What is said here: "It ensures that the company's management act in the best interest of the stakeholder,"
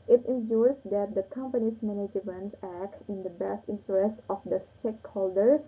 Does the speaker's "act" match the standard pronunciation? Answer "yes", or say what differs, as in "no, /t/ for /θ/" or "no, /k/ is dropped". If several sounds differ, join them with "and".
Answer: yes